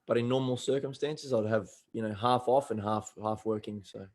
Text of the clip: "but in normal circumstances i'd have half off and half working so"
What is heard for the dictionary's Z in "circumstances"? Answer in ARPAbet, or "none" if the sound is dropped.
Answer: Z